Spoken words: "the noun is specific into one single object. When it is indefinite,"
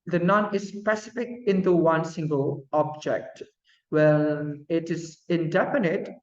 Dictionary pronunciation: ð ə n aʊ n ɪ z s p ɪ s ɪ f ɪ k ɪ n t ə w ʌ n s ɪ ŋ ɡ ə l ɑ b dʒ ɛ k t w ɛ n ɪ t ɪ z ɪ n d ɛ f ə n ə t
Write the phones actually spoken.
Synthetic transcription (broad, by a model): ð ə n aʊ n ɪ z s p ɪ s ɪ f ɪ k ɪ n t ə w ʌ n s ɪ ŋ ɡ ə l ɑ b dʒ ɛ k t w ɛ l ɪ t ɪ z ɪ n d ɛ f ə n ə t